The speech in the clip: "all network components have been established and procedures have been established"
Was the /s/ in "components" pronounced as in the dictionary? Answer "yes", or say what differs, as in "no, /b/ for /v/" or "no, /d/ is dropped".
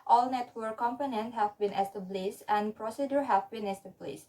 no, /s/ is dropped